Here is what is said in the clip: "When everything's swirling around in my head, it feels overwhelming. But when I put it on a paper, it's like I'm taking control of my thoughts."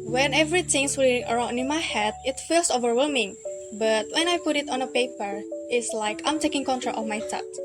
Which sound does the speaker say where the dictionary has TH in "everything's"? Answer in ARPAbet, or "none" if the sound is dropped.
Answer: T